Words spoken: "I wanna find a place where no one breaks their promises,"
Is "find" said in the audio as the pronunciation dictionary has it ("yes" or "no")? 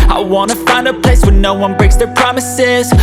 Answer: yes